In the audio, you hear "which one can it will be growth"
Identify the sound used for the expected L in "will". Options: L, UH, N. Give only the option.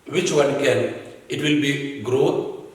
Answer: L